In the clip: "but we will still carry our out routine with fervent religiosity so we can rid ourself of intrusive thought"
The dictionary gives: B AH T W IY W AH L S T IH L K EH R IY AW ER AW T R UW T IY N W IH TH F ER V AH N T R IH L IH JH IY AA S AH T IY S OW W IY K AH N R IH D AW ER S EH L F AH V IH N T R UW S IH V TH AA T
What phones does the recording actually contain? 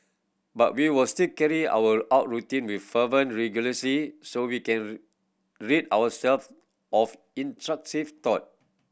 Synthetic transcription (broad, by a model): B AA T W IY W AH L S T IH L K EH R IY AW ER AW T R UW T IY N W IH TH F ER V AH N R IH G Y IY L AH S IY S OW W IY K AH N R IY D AW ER S EH L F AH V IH N T R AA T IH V T AA T